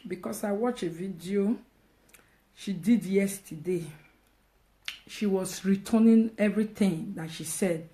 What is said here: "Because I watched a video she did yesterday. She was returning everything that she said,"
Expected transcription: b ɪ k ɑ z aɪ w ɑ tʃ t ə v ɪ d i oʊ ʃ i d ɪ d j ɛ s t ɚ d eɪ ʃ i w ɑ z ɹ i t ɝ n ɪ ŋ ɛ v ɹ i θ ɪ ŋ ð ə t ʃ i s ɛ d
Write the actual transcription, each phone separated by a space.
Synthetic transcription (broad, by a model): b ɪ k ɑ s aɪ w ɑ tʃ ə v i d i oʊ ʃ i d ɪ d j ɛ s t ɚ d eɪ ʃ i w ɑ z ɹ i t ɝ n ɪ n ɛ v ɹ i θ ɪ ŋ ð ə t ʃ i s ɛ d